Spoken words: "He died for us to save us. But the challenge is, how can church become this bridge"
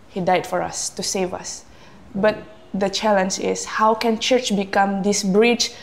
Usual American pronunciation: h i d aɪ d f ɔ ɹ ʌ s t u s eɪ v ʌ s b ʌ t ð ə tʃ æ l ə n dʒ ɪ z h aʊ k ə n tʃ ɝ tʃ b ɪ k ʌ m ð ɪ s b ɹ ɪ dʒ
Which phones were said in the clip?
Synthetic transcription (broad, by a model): h i d aɪ d f ɔ ɹ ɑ s t u s eɪ v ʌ s b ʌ t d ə tʃ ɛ l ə n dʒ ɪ s h aʊ k ə n tʃ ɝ tʃ b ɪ k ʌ m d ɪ s b ɹ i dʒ